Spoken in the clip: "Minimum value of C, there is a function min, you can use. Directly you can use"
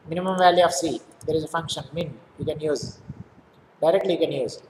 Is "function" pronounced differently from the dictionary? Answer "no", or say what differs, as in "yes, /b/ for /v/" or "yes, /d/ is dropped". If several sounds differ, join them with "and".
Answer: no